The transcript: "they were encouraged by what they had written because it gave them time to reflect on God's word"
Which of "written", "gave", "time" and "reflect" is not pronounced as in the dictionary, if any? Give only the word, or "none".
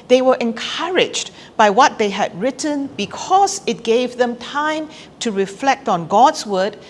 none